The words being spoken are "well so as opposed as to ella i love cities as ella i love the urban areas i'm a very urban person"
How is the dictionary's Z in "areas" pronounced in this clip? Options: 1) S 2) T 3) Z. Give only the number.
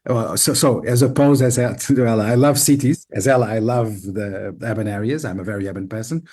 3